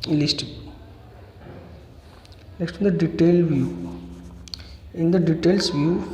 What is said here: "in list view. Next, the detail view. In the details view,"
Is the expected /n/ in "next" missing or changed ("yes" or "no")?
yes